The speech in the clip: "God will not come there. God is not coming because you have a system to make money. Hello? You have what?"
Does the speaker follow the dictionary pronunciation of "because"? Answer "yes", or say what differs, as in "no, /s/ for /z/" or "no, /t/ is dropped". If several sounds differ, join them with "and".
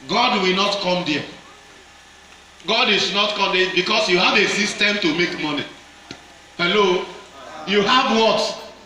no, /s/ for /z/